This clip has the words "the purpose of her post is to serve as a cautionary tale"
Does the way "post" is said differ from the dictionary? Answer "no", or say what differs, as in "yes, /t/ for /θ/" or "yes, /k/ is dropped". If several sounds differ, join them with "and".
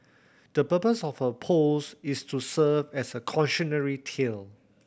yes, /t/ is dropped